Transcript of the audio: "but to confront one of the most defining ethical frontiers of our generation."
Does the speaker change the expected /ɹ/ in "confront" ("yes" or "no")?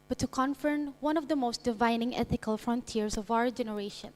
yes